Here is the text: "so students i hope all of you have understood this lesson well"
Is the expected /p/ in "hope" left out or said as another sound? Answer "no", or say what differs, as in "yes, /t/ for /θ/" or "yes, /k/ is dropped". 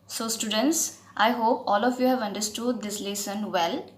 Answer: no